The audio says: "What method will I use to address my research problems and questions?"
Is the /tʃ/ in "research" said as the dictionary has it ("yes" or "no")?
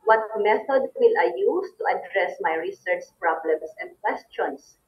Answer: yes